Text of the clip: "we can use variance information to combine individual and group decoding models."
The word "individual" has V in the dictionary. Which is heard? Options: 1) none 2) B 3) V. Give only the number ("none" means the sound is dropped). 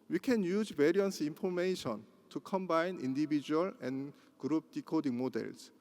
2